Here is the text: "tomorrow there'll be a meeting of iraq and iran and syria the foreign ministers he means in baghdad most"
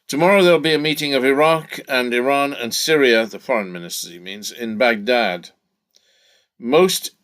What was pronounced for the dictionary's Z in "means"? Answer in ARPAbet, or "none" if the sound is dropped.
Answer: Z